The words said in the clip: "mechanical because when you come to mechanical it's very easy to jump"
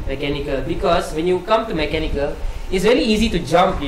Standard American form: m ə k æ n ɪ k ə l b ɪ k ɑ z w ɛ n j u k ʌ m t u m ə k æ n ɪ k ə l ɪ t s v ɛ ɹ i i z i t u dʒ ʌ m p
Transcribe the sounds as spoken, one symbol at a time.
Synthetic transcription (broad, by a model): m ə k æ n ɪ k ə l b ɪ k ɑ s w ɛ n j u k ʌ m t u m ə k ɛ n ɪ k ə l ɪ t s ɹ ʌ l i i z i t u dʒ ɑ m p